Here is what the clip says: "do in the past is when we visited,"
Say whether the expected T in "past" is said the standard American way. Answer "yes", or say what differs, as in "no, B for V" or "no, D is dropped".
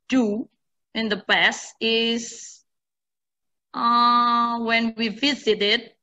no, T is dropped